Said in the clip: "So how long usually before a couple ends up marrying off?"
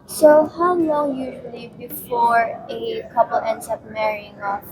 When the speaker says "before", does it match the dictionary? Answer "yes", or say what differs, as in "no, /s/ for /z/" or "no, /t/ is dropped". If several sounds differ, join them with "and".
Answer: yes